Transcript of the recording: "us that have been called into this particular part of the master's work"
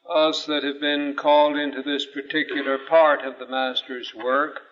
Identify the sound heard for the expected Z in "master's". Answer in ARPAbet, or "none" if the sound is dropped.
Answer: Z